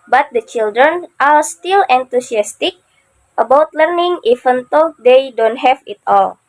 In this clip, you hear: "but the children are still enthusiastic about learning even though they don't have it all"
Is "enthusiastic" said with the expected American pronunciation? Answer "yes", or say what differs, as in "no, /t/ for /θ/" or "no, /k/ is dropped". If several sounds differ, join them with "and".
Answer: no, /t/ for /θ/ and /s/ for /z/